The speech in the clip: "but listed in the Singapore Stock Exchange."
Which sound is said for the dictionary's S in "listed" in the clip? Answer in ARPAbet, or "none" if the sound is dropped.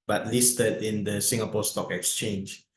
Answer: S